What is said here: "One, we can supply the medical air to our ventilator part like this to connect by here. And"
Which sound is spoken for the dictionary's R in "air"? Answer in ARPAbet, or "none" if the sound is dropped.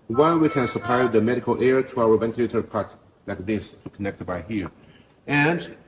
R